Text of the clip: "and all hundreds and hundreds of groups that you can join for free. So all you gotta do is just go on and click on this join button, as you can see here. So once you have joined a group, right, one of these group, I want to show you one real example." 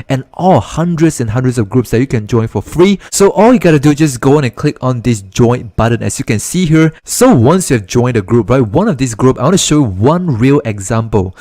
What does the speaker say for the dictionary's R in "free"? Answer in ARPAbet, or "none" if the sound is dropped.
R